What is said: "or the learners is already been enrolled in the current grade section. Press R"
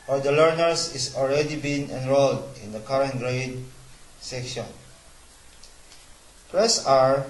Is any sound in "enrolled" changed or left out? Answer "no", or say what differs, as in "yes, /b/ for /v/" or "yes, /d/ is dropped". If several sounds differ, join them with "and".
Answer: no